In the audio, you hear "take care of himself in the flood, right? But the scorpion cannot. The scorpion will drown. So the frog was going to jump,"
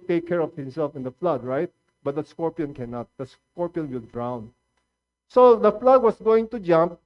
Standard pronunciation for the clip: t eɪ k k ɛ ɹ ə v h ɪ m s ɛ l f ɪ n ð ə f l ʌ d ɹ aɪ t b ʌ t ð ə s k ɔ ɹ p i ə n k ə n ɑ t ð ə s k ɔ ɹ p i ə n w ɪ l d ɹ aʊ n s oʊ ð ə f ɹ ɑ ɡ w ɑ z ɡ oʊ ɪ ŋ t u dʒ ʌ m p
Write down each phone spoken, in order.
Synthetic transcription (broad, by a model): t eɪ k k ɛ ɹ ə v h ɪ m s ɛ l f ɪ n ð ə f l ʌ d ɹ aɪ t b ʌ t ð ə s k ɔ ɹ p i ə n k ə n ɑ t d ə s k ɔ ɹ p i ə n w ɪ l d ɹ aʊ n s oʊ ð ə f l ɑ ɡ w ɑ s ɡ oʊ ɪ ŋ t u dʒ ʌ m p